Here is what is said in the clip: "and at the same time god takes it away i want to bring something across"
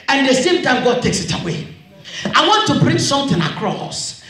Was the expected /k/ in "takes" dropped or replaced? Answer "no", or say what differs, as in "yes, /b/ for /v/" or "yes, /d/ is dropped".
no